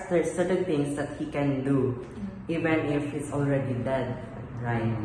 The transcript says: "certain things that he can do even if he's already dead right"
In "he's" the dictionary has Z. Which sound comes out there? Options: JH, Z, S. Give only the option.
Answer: S